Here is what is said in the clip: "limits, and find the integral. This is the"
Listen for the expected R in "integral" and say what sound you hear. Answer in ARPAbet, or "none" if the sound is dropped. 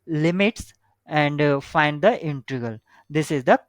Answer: none